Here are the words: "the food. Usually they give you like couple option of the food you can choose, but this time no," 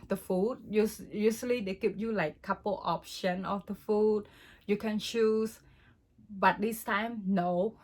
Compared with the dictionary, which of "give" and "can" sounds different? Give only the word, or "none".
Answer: give